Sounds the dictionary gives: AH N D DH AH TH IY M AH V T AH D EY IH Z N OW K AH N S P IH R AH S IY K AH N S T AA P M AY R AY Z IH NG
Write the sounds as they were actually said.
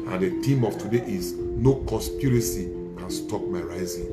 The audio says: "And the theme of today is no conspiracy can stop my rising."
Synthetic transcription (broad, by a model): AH N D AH T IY M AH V T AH D EY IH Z N OW K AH S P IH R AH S IY K AH N S T AA P M AY R AY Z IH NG